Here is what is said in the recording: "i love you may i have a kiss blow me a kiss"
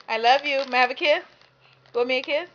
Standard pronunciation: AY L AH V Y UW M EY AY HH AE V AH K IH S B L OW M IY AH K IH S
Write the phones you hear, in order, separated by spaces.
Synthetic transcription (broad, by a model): AY L AH V Y UW M EY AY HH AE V AH K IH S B OW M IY AH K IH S